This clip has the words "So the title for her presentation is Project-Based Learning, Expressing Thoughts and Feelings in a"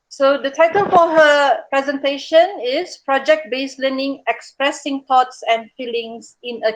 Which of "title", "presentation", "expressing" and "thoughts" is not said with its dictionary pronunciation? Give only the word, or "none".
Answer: thoughts